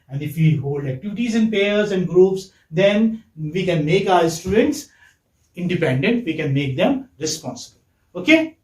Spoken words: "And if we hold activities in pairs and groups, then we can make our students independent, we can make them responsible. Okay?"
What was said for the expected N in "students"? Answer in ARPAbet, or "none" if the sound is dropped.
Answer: N